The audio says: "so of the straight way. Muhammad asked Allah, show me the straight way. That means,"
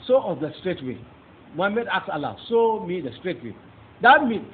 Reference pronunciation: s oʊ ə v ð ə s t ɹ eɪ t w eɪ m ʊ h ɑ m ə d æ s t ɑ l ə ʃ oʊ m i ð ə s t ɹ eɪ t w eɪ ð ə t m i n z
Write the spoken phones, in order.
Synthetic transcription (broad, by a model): s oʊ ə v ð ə s t ɹ eɪ t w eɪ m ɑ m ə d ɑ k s ɑ l ə s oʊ m i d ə s t ɹ eɪ t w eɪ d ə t m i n